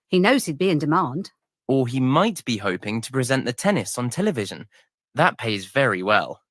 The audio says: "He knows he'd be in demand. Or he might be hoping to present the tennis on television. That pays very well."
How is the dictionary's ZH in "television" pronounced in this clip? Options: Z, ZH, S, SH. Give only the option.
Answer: ZH